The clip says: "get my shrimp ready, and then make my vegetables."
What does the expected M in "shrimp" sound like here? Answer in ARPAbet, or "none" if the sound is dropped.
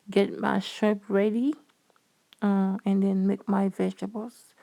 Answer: none